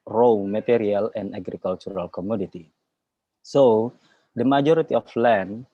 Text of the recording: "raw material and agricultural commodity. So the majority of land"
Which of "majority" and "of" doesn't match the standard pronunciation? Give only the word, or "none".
of